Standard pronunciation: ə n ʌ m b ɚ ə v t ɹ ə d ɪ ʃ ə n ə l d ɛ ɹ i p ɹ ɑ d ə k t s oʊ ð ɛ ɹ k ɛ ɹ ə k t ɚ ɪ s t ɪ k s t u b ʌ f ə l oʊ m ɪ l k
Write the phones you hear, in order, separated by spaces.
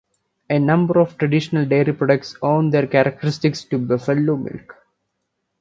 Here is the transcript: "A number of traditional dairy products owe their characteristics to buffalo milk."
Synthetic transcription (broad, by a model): ə n ʌ m b ɚ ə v t ɹ ə d ɪ ʃ ə n ə l d ɛ ɹ i p ɹ ɑ d ə k t s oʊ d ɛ ɹ k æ ɹ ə k t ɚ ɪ s t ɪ k s t u b ʌ f ə l oʊ m ɪ l k